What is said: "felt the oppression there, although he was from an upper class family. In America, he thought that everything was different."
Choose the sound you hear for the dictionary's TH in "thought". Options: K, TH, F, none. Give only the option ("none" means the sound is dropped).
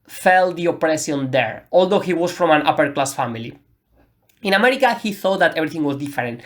TH